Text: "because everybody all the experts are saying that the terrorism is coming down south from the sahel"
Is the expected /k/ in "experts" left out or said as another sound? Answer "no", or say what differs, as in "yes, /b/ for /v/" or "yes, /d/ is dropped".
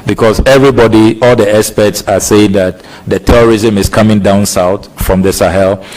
yes, /k/ is dropped